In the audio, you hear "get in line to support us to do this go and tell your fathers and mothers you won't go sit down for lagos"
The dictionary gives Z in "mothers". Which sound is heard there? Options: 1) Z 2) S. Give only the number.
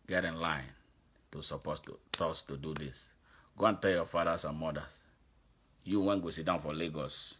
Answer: 2